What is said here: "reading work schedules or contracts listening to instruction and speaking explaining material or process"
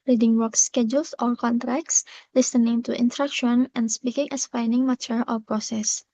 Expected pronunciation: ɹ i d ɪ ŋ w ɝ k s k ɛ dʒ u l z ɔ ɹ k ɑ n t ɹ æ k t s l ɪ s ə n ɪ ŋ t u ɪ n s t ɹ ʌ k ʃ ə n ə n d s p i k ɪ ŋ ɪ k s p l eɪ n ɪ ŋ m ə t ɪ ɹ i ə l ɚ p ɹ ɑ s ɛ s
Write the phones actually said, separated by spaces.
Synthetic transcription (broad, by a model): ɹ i d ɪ ŋ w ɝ k s k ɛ dʒ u l s ɔ ɹ k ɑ n t ɹ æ k t s l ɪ s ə n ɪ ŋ t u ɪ n t ɹ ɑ k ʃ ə n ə n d s p i k ɪ ŋ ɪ s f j n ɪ ŋ m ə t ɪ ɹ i p ɹ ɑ s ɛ s